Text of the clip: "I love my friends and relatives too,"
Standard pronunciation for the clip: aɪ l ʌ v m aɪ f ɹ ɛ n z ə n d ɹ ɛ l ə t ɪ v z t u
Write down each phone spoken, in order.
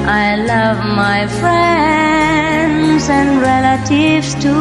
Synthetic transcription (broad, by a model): aɪ l ʌ v m aɪ f ɹ ɛ n z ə n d ɹ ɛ l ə t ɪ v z t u